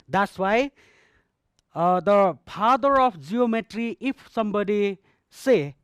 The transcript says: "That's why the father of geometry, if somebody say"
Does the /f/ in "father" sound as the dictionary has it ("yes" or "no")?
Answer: no